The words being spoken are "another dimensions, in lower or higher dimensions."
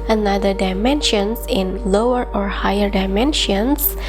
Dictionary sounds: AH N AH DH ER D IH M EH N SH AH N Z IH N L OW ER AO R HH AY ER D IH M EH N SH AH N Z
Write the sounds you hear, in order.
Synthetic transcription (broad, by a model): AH N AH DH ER D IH M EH N SH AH N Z IH N L OW ER AO R HH AY ER D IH M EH N SH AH N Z